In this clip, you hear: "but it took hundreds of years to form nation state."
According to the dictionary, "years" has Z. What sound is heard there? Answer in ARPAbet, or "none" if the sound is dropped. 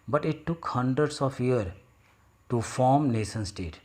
none